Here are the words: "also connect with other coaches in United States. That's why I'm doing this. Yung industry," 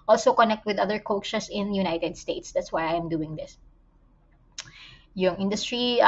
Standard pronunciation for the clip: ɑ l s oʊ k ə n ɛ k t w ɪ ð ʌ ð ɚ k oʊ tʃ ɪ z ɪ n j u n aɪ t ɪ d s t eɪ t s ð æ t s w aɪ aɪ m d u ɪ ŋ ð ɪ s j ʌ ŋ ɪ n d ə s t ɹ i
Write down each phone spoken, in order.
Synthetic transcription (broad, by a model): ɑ l s oʊ k ə n ɛ k t w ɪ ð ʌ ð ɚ k oʊ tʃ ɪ s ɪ n j u n aɪ t ɪ d s t eɪ t s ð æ t s w aɪ aɪ m d u ɪ ŋ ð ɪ s j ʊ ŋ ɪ n d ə s t ɹ i